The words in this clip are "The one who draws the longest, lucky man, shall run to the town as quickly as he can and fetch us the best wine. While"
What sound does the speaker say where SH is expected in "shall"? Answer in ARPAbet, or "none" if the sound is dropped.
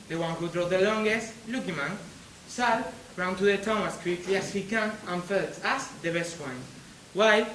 S